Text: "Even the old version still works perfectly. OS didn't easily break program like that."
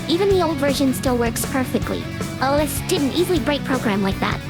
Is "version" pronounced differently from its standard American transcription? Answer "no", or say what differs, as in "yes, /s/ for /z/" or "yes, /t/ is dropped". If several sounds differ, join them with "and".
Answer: no